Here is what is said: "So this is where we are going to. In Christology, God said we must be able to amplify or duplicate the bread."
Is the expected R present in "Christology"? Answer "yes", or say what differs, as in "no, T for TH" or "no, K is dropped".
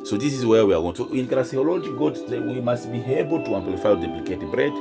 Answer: no, L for R